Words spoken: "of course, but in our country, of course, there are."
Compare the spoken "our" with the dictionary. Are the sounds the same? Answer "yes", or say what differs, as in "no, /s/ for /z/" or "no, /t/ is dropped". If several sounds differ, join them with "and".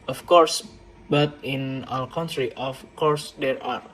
no, /l/ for /ɹ/